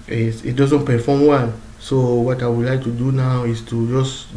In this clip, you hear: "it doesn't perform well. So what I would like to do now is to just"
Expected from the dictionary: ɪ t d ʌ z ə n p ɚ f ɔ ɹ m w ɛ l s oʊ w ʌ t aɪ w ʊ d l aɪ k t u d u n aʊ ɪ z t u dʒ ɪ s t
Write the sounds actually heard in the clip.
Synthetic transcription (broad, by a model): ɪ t d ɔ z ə n p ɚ f ɔ m w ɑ n s oʊ w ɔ t aɪ w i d l aɪ k t u d u n aʊ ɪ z t u dʒ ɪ s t